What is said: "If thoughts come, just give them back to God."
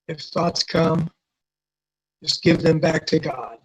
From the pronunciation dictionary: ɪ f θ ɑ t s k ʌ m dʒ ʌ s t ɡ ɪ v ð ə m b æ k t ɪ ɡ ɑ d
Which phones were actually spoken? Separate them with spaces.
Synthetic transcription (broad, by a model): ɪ f θ ɑ t s k ʌ m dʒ ʌ s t ɡ ɪ v ð ə m b æ k t ɪ ɡ ɑ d